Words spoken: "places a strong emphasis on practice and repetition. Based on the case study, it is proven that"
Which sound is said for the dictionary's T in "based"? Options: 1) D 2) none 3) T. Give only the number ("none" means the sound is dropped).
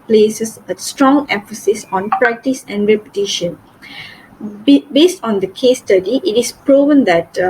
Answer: 3